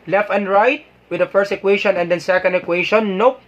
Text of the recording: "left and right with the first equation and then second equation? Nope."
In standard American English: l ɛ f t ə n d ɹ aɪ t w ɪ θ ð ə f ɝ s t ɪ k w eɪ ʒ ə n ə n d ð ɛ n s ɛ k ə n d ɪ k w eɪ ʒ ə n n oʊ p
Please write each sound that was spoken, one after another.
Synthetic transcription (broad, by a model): l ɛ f t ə n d ɹ aɪ t w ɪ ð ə f ɝ s t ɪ k w eɪ ʃ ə n ə n d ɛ n s ɛ k ə n d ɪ k w eɪ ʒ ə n n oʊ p